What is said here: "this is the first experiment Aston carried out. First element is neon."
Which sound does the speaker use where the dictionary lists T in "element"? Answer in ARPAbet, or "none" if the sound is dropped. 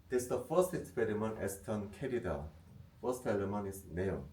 none